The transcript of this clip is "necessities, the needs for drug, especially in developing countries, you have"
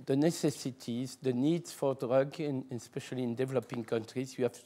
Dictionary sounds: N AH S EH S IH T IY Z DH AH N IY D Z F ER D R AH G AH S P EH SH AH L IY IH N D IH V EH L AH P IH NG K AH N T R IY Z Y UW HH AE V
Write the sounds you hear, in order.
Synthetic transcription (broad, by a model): N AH S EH S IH T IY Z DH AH N IY D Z F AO D R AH G AH S P EH SH AH L IY IH N D IH V EH L AH P IH NG K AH N T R IY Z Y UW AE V